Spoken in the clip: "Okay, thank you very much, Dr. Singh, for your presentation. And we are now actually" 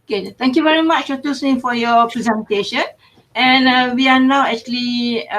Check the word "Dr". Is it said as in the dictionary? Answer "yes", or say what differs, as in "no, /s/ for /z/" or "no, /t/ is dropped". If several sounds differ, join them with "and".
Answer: no, /k/ is dropped